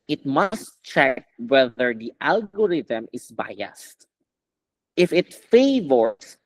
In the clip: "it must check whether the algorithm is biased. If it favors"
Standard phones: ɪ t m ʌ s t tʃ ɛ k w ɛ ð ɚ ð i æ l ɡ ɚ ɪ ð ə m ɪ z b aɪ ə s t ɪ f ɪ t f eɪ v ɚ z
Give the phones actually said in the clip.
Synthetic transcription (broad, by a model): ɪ t m ʌ s t tʃ ɛ k w ɛ ð ɚ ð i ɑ l ɡ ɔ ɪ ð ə m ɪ s b aɪ ə s t ɪ f ɪ t f eɪ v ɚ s